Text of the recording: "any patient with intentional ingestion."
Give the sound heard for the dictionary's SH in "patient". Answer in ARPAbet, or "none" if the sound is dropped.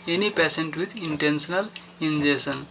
S